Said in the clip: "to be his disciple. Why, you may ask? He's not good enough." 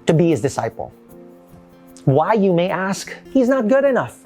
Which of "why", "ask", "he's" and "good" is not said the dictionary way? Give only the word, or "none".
none